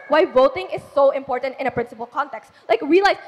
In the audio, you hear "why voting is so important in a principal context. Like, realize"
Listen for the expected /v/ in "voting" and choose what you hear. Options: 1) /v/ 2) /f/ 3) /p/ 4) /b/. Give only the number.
1